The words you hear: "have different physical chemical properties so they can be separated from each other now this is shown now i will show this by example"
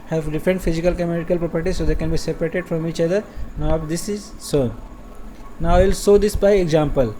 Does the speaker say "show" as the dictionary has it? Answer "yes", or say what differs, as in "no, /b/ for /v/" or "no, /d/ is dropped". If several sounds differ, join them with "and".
no, /s/ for /ʃ/